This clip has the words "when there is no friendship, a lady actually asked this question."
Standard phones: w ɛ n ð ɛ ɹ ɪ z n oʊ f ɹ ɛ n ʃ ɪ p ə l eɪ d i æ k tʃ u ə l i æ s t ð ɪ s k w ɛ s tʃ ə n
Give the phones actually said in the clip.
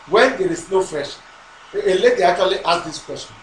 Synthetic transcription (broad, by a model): w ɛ n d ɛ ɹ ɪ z n oʊ f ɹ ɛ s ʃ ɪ ə l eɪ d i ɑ k tʃ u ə l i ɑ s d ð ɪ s k w ɛ s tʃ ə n